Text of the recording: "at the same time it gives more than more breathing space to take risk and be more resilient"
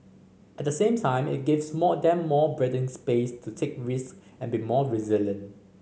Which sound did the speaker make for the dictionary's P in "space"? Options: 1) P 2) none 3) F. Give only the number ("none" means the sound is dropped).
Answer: 1